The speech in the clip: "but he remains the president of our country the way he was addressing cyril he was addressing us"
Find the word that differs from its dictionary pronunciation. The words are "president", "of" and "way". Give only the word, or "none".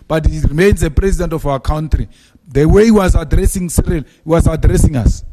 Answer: of